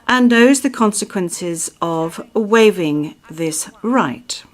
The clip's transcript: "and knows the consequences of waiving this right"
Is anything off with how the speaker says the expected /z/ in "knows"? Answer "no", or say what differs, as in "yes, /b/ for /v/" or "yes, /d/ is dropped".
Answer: no